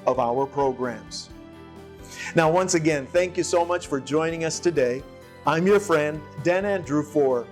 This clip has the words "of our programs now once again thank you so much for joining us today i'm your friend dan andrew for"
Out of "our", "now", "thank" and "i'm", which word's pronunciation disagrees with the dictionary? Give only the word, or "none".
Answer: none